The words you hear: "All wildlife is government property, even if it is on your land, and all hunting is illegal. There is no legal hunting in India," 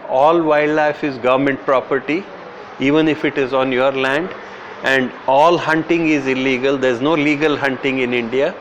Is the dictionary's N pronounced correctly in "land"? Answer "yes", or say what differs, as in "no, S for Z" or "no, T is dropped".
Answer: yes